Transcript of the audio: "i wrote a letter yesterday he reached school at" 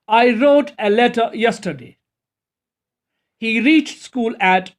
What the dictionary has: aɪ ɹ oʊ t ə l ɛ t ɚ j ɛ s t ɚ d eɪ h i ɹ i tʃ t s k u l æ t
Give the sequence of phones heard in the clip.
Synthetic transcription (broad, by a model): aɪ ɹ oʊ t ə l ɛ t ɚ j ɛ s t ɚ d eɪ h i ɹ i tʃ t s k u l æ t